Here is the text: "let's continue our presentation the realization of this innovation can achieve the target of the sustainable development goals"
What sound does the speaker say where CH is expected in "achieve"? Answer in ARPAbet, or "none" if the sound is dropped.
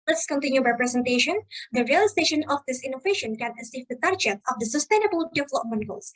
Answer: S